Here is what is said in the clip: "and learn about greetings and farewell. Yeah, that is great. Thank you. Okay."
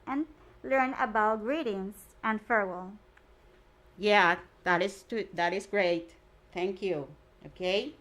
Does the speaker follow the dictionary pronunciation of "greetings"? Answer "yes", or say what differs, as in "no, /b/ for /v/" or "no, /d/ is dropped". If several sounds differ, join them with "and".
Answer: no, /s/ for /z/